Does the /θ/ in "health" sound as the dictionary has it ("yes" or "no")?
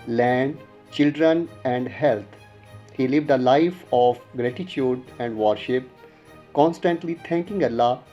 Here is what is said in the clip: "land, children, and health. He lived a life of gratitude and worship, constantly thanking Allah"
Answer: no